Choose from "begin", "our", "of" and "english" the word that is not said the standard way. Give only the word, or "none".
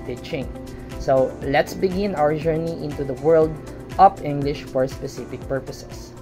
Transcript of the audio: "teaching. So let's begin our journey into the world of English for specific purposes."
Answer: of